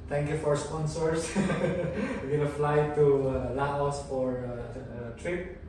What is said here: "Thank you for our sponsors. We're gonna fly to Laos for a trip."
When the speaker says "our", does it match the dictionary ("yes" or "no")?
yes